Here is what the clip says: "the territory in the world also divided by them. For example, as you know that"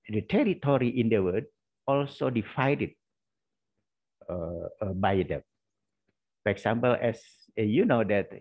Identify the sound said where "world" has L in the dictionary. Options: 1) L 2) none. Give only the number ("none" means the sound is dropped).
2